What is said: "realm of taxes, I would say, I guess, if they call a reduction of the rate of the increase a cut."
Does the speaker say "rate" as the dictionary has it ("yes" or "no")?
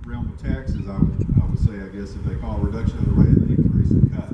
no